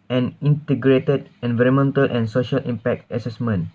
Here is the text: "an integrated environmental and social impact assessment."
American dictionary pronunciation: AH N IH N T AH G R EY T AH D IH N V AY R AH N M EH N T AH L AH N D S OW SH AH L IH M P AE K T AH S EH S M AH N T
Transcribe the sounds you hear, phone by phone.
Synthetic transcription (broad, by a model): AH N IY N T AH G R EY T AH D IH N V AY R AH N M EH N T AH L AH N S OW SH AH L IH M P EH K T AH S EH S M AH N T